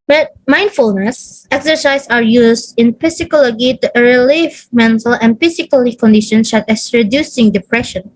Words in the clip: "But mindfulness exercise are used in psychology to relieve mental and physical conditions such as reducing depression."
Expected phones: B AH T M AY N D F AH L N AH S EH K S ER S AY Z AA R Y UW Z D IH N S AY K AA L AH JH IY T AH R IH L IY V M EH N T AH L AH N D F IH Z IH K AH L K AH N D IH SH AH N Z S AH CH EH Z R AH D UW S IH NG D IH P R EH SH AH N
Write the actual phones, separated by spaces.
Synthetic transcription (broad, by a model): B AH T M AY N D F AH L N AH S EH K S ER S AY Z AA R Y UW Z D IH N S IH K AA L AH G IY T AH R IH L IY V M EH N T AH L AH N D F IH S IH K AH L K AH N D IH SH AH N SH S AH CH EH S R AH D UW S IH NG D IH P R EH SH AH N